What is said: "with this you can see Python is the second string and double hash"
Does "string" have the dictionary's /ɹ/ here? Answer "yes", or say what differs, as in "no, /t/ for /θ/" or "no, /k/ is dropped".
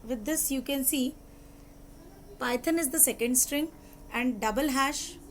yes